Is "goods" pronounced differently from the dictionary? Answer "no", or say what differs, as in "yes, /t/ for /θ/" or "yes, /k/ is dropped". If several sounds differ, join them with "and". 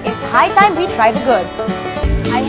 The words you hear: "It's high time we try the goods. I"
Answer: yes, /z/ is dropped